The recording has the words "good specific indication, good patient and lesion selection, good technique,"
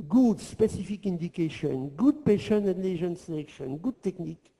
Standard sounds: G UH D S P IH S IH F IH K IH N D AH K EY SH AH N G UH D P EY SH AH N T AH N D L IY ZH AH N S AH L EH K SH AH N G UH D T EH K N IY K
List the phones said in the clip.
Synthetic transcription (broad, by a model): G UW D S P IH S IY F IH K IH N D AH K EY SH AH N G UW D P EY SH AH N AH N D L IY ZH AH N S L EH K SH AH N G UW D T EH K N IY K